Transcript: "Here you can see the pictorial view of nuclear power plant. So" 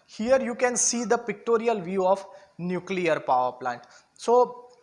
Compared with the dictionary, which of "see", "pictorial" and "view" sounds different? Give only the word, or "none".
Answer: none